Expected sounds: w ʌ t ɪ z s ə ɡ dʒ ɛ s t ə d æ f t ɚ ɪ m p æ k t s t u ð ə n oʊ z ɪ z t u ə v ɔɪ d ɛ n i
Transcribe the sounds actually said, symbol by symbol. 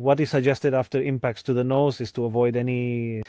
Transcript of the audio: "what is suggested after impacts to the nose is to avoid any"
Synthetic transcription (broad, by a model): w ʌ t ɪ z s ə ɡ dʒ ɛ s t ə d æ f t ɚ ɪ m p æ k t s t u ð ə n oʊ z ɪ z t u ə v ɔɪ d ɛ n i